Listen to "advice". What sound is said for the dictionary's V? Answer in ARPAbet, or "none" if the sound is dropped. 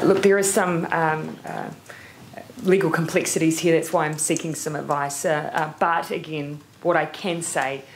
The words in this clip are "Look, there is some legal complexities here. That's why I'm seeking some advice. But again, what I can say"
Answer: V